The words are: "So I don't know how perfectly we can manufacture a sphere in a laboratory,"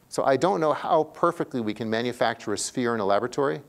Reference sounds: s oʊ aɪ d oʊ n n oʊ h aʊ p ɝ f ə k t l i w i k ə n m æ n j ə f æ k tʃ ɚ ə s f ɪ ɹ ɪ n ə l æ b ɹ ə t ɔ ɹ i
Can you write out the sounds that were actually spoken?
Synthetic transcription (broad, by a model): s oʊ aɪ d oʊ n n oʊ h aʊ p ɝ f ə k t l i w i k ə n m æ n j ə f æ k tʃ ɚ ə s f ɪ ɹ ɪ n ə l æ b ɹ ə t ɔ ɹ i